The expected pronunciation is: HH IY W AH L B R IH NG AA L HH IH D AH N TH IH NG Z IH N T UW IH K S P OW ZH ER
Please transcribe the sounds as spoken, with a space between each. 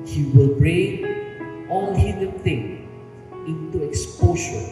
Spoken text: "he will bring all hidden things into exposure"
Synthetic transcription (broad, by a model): HH IY W AH L B R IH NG AA L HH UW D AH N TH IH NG IH N T UW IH K S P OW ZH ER